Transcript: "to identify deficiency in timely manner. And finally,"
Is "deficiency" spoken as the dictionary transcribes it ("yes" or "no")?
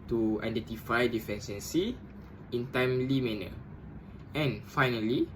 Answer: no